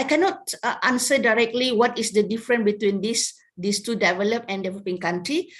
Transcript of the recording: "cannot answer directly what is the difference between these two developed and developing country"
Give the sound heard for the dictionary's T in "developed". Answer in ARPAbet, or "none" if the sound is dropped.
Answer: none